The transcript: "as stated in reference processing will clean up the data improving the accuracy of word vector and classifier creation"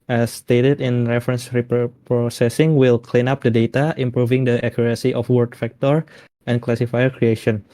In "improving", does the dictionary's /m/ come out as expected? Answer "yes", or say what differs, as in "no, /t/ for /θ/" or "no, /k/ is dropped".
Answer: yes